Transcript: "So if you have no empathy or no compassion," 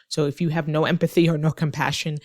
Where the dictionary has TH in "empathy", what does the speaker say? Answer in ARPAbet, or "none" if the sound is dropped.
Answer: TH